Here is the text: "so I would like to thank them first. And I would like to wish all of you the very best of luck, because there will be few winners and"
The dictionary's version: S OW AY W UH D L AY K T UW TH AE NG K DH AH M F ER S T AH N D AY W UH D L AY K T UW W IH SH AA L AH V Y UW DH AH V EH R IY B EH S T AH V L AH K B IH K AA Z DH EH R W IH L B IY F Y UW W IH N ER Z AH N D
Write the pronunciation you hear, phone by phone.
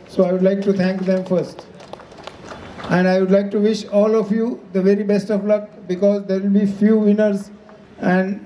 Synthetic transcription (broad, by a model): S OW AY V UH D L AY K T UW T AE NG K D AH M F ER S T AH N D AY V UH D L AY K T UW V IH SH AA L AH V Y UW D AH V EH R IY B EH S T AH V L AH K B IH K AA Z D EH R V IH L B IY F Y UW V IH N ER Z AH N D